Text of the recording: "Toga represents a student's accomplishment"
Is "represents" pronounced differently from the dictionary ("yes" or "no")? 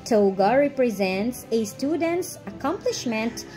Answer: no